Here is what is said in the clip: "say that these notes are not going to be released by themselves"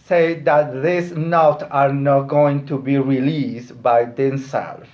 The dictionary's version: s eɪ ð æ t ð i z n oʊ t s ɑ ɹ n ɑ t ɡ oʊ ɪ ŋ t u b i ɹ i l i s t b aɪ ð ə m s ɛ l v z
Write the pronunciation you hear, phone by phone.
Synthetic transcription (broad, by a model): s eɪ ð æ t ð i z n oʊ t ɑ ɹ n ɑ t ɡ oʊ ɪ ŋ t u b i ɹ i l i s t b aɪ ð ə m s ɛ l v